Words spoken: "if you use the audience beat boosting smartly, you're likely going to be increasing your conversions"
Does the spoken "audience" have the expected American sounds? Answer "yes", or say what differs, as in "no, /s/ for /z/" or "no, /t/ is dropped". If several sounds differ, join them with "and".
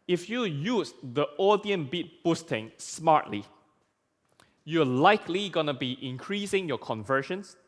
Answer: no, /s/ is dropped